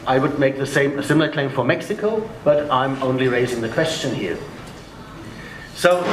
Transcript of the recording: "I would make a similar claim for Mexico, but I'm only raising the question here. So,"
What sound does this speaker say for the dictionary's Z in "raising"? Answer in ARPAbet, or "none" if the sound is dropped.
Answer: Z